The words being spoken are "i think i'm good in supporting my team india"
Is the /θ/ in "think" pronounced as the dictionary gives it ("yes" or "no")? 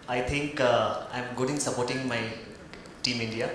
no